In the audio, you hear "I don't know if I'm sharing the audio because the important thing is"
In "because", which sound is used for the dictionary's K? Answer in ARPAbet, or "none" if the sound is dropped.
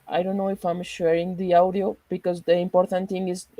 K